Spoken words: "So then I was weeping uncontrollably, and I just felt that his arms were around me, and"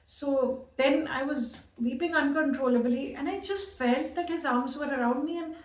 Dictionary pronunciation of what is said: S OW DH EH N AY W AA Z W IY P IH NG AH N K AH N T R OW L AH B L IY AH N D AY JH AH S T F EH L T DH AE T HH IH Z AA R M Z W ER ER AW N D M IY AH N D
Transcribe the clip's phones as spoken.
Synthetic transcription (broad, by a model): S OW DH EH N AY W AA Z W IY P IH NG AH N K AH N T R OW L AH B L IY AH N AY JH AH S T F EH L T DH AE T HH IH Z AA R M Z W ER ER AW N D M IY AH N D